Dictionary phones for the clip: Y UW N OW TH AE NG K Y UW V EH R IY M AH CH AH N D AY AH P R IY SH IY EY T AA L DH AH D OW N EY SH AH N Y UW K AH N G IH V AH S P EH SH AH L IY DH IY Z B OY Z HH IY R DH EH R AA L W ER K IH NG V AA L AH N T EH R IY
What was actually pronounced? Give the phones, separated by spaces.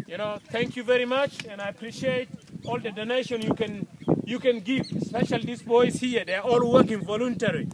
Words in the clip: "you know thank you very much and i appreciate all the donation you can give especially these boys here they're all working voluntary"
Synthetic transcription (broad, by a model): Y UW N OW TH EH NG K Y UW V EH R IY M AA CH AH N D AY AH P R IY SH IY EY T AA L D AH D OW N EY SH AH N Y UW K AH N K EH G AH S P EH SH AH L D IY S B OY S HH IY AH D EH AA AA L W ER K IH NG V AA L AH N T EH R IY